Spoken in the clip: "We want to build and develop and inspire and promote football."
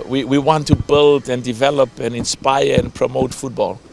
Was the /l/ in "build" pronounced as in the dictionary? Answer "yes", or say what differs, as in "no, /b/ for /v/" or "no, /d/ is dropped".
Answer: yes